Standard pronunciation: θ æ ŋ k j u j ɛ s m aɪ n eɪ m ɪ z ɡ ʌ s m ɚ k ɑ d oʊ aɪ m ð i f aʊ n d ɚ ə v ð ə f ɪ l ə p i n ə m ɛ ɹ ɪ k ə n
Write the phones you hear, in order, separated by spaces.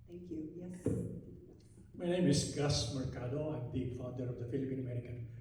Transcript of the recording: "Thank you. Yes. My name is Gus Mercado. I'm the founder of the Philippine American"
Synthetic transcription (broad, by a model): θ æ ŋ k j u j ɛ m aɪ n eɪ m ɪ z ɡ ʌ s m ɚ k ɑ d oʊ aɪ m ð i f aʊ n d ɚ ə v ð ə f ɪ l ə p i n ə m ɛ ɹ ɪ k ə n